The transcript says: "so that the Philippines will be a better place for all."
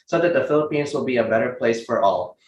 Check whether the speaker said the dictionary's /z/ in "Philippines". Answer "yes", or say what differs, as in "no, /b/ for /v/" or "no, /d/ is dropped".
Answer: yes